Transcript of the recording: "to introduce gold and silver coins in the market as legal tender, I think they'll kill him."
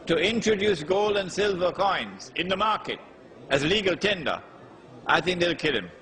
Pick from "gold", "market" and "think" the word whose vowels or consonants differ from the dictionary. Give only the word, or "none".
none